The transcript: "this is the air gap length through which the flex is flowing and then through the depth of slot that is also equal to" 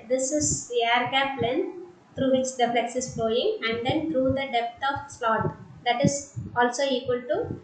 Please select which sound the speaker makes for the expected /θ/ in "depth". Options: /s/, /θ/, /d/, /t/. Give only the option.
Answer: /t/